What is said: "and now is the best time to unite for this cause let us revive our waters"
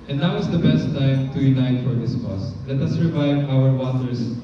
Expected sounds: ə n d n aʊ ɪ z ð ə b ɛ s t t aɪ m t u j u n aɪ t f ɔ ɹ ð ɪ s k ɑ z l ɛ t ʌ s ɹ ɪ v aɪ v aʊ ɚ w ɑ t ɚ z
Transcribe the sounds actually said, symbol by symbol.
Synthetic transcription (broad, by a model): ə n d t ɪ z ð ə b ɛ s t t aɪ m t u j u n aɪ t f ɔ ɹ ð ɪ s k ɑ s l ɛ t ʌ s ɹ ɪ v aɪ v aʊ ɚ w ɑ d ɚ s